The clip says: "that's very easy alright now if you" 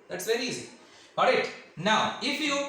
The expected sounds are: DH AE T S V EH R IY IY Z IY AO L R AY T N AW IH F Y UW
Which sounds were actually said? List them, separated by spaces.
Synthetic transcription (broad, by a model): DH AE T S V EH R IY IY Z IY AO R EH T N AW IH F Y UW